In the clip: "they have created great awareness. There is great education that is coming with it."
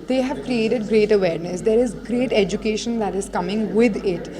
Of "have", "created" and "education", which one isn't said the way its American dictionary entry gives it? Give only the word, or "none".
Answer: none